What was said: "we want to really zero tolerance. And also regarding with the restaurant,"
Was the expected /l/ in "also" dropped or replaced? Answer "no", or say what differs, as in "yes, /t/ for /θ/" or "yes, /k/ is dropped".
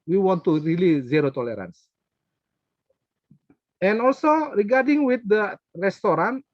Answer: no